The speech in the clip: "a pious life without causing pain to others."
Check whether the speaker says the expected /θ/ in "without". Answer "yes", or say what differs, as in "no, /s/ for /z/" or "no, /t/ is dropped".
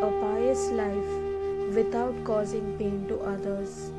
no, /t/ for /θ/